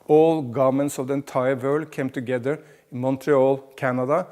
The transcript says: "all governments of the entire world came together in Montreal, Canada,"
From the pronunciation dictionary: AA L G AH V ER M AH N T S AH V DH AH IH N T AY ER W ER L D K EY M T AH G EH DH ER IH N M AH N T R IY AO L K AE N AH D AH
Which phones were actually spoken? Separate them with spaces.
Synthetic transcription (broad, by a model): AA L G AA M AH N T S AH V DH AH N T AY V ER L K EY M T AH G EH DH ER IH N M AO N T R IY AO L K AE N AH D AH